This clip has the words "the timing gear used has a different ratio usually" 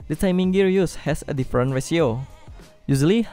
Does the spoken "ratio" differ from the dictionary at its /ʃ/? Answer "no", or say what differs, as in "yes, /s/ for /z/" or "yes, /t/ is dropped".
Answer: yes, /s/ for /ʃ/